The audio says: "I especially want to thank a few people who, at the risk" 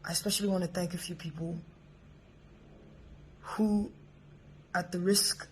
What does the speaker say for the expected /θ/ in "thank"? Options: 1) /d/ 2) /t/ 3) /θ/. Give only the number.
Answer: 3